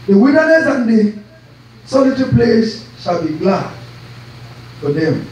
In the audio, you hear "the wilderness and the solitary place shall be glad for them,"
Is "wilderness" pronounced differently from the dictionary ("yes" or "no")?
yes